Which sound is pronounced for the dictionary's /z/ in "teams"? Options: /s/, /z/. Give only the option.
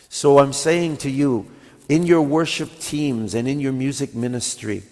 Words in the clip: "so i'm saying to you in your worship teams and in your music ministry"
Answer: /z/